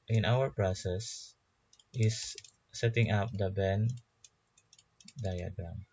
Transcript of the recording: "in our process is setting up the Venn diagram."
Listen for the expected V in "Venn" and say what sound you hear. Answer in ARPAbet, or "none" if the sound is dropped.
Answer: B